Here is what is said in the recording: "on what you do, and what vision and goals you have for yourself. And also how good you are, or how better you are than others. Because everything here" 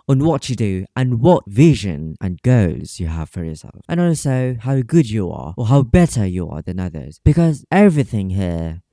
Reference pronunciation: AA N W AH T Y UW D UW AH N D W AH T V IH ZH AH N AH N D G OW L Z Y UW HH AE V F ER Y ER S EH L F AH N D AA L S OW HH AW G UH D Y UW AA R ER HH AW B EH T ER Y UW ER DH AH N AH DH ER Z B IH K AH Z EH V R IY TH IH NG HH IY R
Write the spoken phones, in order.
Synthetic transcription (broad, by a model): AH N W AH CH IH D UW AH N W AH T V IH ZH AH N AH N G OW Z Y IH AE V F ER Y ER S EH L F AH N AA L S OW HH AW G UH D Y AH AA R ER HH AW B EH T ER Y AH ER DH AH N AH DH ER Z B IH K AH Z EH V R IY TH IH NG HH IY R